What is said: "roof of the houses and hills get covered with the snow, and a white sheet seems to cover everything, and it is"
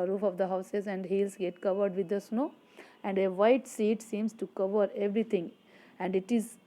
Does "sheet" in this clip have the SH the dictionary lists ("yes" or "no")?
no